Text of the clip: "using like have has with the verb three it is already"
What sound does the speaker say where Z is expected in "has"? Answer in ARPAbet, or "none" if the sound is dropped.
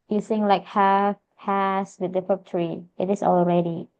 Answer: S